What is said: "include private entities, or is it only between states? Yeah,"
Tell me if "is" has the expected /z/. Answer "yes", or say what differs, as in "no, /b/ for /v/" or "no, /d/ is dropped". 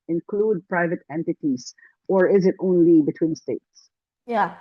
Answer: yes